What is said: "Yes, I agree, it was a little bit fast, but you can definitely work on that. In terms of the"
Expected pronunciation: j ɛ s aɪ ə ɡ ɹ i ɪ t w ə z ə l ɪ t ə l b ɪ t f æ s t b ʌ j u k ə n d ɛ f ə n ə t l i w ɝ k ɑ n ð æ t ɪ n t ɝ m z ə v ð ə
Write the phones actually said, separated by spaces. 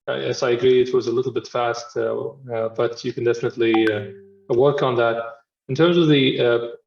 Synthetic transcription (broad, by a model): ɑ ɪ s aɪ ə ɡ ɹ i ɪ t w ə z ə l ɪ t l b ɪ t f æ s t b ʌ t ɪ k n d ɛ f ə n ə t l i w ɝ k n ð æ t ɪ n t ɝ m z ə v ð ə